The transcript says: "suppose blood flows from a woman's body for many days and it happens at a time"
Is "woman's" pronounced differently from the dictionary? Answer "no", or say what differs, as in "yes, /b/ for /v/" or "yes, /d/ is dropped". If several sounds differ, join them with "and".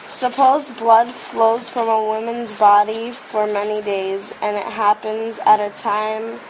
no